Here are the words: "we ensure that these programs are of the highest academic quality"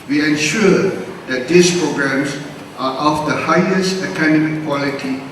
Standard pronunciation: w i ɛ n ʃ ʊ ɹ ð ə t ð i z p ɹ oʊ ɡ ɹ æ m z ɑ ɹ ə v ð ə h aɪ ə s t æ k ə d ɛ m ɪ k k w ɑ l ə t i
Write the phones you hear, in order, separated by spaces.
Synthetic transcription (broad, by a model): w i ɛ n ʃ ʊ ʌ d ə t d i s p ɹ oʊ ɡ ɹ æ m s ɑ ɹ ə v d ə h aɪ ə s t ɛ k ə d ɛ m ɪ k k w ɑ l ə t i